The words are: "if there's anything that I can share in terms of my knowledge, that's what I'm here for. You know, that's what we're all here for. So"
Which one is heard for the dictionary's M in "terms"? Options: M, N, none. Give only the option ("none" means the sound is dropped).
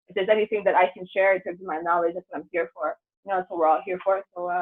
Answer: none